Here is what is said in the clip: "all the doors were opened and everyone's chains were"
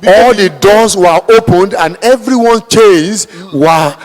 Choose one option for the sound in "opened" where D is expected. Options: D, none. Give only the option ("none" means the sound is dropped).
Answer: D